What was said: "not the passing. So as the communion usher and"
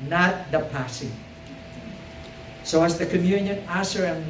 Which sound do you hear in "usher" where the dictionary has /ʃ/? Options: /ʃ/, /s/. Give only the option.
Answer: /s/